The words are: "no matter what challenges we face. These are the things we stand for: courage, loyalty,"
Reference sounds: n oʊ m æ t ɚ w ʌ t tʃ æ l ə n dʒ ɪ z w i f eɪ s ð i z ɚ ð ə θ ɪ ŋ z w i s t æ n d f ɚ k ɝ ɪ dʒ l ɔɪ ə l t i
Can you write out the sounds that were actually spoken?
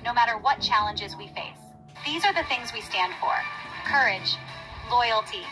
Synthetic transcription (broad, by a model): n oʊ m æ t ɚ w ʌ t tʃ æ l ə n dʒ ɪ z w i f eɪ s ð i z ɚ ð ə θ ɪ ŋ z w i s t æ n d f ɚ k ɝ ɪ dʒ l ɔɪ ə l t i